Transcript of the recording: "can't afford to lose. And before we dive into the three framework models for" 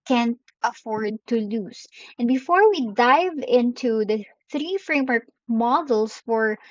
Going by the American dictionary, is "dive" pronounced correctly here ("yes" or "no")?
yes